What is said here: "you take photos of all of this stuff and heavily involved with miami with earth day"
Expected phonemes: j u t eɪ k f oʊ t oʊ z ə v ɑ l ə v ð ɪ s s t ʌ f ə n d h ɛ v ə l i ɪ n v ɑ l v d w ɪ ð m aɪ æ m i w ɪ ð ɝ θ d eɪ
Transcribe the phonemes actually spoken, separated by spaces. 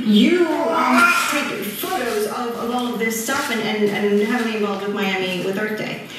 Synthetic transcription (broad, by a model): j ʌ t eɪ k f oʊ t oʊ z ə v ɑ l ə v ð ɪ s s t ʌ f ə n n h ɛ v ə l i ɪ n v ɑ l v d w ɪ ð m aɪ æ m i w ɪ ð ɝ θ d eɪ